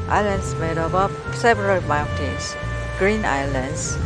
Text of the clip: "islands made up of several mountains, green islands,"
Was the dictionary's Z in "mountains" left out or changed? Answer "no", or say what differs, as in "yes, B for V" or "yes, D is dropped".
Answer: yes, S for Z